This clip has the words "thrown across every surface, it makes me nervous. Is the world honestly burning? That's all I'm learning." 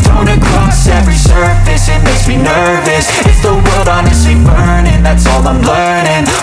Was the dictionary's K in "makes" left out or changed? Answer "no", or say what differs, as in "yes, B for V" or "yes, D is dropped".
yes, K is dropped